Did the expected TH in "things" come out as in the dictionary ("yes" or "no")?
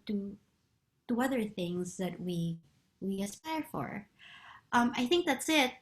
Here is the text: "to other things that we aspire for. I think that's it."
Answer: yes